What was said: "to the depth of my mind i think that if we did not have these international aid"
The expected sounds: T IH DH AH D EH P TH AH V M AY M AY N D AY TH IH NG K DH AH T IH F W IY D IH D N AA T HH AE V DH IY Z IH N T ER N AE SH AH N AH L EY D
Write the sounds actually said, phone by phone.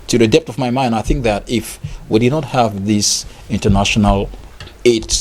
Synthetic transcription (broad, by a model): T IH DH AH D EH P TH AH V M AY M AY N D AY TH IH NG K DH AH T IH F W IY D IH D N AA T HH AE V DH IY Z IH N T ER N AE SH AH N AH L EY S